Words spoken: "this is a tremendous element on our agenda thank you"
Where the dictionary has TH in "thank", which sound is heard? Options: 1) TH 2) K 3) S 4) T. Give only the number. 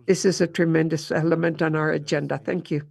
1